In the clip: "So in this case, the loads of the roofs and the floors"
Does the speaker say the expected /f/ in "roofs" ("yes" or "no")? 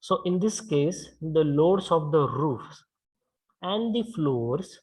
yes